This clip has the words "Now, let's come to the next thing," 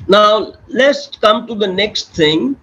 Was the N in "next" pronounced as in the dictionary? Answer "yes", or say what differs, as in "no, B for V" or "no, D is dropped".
yes